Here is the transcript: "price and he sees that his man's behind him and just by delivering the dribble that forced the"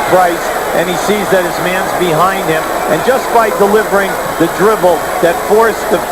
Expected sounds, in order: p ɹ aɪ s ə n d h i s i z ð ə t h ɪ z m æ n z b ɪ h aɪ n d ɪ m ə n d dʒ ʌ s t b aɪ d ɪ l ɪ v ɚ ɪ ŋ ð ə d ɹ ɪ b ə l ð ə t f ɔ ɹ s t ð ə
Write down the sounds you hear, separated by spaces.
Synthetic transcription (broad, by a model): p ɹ aɪ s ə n i s i z ð ə t h ɪ z m æ n z b ɪ h aɪ n d ɪ m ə n dʒ ʌ s b aɪ d ɪ l ɪ v ɚ ɪ ŋ ð ə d ɹ ɪ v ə l ð ə t f ɔ ɹ s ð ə